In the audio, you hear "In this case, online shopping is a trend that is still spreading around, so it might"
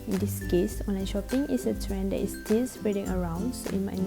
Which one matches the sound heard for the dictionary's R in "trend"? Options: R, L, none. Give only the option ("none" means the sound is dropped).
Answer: R